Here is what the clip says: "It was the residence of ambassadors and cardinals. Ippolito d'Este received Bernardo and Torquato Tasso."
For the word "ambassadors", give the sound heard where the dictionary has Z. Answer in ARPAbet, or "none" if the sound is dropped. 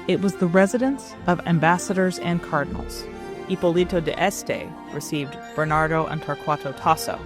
Z